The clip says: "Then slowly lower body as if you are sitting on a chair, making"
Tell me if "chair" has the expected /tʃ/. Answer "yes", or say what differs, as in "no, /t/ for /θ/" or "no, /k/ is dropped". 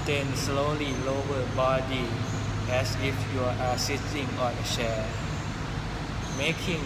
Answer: no, /ʃ/ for /tʃ/